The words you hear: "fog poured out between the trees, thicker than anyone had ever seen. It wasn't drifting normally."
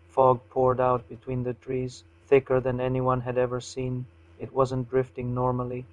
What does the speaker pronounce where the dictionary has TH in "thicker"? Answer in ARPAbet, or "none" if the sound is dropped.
TH